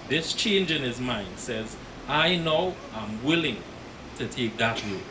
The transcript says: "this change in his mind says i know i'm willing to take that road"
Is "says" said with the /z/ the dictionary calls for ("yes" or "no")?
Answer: yes